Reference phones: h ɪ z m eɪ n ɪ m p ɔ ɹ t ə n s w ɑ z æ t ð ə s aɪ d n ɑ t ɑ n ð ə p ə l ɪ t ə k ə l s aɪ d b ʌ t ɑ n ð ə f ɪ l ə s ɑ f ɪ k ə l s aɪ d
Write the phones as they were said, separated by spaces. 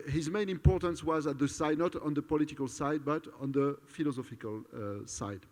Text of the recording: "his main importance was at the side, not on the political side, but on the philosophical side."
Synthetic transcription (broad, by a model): h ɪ z m eɪ n ɪ m p ɔ ɹ t ə n s w ɑ z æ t ð ə s aɪ d n ɑ t ɑ n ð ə p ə l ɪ t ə k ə l s aɪ d b ʌ t ɑ n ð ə f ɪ l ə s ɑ f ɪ k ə l s aɪ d